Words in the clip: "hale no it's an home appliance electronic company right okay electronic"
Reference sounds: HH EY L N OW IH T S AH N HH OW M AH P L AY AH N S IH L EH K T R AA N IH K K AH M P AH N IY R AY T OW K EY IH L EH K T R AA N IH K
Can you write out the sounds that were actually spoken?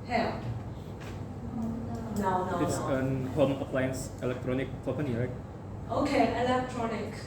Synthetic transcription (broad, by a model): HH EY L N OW IH T S AH N HH OW M AH P L AY AH N S IH L EH K T R AA N IH K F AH P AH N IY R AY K OW K EY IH L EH K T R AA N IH K